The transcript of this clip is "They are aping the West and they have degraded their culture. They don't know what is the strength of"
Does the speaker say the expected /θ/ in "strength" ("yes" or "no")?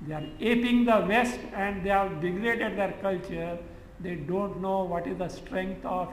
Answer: no